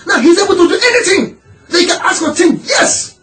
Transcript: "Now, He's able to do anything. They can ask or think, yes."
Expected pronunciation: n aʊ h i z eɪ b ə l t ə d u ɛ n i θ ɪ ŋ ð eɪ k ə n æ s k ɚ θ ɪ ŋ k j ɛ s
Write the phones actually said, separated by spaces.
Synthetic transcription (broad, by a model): n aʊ h i z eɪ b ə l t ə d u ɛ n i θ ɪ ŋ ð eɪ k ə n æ s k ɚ t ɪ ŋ j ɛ s